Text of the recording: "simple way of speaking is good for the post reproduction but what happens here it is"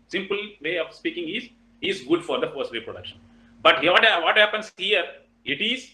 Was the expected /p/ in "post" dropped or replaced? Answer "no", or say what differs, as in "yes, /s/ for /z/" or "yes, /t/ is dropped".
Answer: yes, /f/ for /p/